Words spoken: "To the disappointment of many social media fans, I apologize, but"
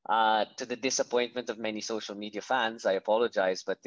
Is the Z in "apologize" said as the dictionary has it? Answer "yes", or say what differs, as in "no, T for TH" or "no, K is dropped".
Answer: yes